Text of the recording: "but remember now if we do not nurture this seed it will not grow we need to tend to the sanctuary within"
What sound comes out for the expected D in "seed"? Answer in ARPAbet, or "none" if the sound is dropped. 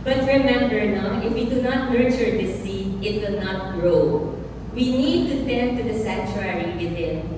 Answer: none